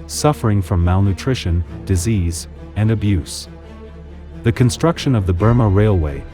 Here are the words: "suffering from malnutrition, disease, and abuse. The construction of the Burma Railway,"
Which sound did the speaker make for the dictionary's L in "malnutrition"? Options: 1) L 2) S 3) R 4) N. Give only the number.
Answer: 1